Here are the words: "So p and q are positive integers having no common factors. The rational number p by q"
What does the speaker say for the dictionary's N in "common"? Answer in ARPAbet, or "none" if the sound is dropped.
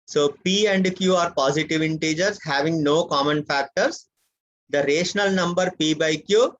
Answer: N